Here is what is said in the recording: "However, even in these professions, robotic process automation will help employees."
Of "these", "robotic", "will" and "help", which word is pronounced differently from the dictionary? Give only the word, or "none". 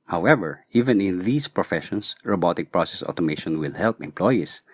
these